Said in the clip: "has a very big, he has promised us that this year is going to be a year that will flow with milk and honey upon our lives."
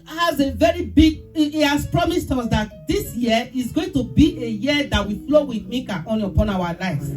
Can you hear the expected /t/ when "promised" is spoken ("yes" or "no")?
yes